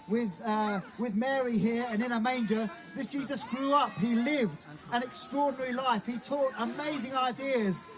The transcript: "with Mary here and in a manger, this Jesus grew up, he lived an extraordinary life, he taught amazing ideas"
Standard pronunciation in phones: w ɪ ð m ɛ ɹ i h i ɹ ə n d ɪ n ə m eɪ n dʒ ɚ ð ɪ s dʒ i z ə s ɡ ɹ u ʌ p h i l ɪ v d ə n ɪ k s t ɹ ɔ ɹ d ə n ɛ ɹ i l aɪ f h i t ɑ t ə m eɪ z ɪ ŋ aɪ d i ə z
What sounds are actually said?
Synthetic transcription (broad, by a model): w ɪ ð m ɛ ɹ i h i ɹ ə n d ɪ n ə m eɪ n dʒ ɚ ð ɪ s dʒ i z ə s ɡ ɹ u ʌ p h i l ɪ v d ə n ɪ k s t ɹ ɔ ɹ d n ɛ ɹ i l aɪ f h i t ɑ t ə m eɪ z ɪ ŋ aɪ d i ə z